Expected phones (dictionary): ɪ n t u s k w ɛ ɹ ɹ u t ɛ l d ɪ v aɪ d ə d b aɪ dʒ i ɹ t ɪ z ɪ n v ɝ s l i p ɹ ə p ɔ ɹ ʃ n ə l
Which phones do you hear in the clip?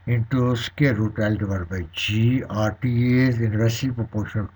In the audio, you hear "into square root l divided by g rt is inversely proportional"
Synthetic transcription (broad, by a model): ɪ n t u s k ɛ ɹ ɹ u t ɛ l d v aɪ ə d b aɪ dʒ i ɹ t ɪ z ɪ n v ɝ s i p ɹ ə p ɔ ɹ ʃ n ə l